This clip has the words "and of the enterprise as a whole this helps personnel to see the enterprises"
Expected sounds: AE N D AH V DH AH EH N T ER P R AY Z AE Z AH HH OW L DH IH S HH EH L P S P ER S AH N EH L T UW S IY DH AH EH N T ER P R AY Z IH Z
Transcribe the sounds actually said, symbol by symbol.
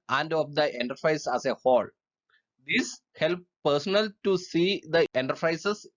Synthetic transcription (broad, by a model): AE N D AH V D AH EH N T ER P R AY S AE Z AH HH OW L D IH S HH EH L P P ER S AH N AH L T UW S IY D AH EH N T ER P R AY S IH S